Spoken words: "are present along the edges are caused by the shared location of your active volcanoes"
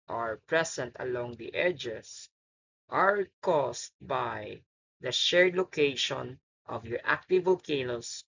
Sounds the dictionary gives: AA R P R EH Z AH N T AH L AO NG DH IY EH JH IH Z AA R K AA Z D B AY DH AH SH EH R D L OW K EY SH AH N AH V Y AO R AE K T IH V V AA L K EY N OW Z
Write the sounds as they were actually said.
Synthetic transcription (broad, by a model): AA R P R EH S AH N T AH L AO NG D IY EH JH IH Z AA R K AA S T B AY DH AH SH EH R D L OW K EY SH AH N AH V Y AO R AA K T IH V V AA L K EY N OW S